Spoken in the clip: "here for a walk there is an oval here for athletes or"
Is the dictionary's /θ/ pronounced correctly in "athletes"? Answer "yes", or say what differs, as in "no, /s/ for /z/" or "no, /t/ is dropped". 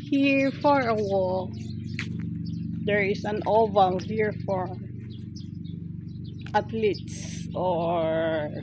no, /t/ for /θ/